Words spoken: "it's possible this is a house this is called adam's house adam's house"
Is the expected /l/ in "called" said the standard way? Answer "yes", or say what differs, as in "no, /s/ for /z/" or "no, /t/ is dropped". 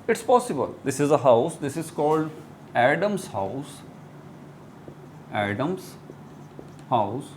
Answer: yes